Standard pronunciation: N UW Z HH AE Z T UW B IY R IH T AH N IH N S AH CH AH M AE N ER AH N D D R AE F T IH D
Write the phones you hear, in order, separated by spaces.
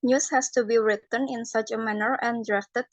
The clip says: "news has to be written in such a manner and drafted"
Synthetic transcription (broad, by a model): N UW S HH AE S T UW B IY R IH T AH N IH N S AH CH AH M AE N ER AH N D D R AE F T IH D